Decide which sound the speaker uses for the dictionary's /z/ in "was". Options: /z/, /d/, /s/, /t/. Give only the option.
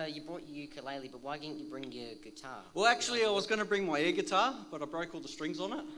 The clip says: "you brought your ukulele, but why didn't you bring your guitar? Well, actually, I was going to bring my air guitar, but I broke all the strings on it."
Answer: /z/